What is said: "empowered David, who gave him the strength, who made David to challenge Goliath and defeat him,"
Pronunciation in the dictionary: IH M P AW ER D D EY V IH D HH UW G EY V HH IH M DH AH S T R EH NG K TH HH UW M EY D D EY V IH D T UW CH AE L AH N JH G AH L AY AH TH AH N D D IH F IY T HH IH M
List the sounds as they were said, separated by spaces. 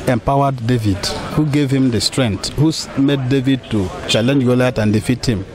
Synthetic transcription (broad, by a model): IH M P AW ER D D EY V IH D HH UW G EY V HH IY M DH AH S T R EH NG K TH HH UW M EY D D EY V IH D T UW CH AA L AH N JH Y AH L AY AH T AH N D D IH F IY T HH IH M